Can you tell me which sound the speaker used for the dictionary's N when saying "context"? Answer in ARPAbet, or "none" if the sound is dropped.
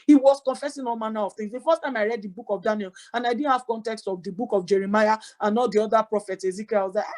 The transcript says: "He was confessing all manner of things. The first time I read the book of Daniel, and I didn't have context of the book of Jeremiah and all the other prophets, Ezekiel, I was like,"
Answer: N